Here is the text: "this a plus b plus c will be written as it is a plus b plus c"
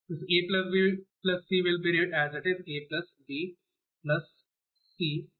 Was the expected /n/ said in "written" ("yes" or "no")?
no